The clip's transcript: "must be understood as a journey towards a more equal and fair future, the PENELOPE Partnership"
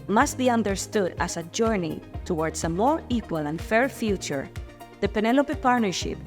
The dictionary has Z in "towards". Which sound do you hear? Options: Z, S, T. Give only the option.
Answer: S